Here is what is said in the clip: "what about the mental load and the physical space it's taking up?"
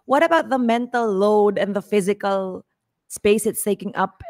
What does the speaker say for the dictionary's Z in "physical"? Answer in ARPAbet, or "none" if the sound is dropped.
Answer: Z